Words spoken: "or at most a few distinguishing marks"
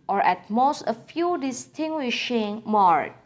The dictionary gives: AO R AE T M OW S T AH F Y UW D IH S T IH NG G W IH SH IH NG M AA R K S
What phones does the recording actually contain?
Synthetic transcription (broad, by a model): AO R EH T M OW S T AH F Y UW D IH S T IH NG G W IH SH IH NG M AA R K